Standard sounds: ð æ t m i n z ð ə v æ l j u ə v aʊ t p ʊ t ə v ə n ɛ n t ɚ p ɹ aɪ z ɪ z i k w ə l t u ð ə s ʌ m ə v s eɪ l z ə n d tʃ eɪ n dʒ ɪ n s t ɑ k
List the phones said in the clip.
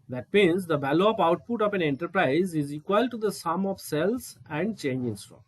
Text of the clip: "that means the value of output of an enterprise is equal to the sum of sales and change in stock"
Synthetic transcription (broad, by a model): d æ t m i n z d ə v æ l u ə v aʊ t p ʊ t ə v ə n ɛ n t ɚ p ɹ aɪ z ɪ z i k w ə l t u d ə s ʌ m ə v s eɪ l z ə n d tʃ eɪ n dʒ ɪ n s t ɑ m